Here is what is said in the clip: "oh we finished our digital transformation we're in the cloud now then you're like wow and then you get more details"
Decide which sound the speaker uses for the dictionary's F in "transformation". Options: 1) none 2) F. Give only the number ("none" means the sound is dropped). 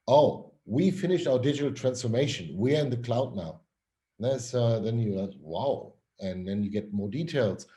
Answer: 2